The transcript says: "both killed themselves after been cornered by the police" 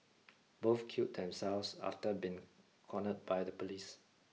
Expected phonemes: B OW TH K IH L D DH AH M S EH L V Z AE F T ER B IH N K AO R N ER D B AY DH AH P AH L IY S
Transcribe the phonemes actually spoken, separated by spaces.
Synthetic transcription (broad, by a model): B OW F K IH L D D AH M S EH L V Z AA F T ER B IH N K AO N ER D B AY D AH P AH L IY S